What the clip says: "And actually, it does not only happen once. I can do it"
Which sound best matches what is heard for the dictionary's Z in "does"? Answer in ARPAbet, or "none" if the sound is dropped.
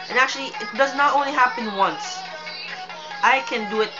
Z